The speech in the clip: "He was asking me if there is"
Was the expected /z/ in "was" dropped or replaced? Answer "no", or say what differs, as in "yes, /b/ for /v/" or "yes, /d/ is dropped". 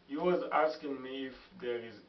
no